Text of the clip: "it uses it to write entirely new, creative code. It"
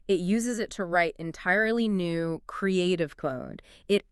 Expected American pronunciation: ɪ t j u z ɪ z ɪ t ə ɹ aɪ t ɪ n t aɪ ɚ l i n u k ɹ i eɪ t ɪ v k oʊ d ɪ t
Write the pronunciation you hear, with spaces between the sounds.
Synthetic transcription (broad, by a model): ɪ t j u z ɪ z ɪ t ə ɹ aɪ t ɪ n t aɪ ɚ l i n u k ɹ i eɪ t ɪ v k oʊ d ɪ t